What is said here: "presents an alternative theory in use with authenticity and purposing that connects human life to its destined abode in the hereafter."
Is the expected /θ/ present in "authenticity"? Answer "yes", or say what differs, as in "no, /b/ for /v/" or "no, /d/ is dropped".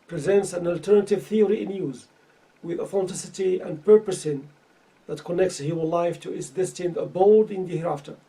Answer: no, /f/ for /θ/